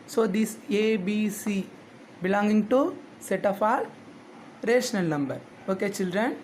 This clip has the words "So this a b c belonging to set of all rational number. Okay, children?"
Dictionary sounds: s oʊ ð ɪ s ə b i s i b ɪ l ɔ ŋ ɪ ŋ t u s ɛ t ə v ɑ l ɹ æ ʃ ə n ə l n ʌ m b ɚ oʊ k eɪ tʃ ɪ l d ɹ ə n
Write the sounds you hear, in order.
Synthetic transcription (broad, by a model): s oʊ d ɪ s ə b i s i b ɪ l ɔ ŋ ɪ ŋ t u s ɛ t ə p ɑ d ɹ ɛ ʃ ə n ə l n ʌ m b ɚ oʊ k eɪ tʃ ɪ l d ɹ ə n